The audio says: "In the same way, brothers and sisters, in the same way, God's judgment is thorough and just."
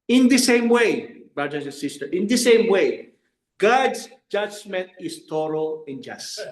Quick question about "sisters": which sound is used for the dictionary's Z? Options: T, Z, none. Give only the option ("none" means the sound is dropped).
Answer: none